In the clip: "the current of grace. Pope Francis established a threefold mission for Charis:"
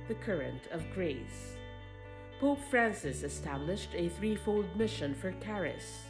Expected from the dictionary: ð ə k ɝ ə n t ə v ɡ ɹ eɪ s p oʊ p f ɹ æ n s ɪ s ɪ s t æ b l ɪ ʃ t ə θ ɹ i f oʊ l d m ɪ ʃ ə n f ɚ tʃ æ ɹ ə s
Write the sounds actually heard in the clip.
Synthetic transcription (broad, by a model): ð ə k ɝ ə n t ə v ɡ ɹ eɪ s p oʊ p f ɹ æ n s ɪ s ɪ s t æ b l ɪ ʃ t ə θ ɹ i f oʊ l d m ɪ ʃ ə n f ɚ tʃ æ ɹ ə s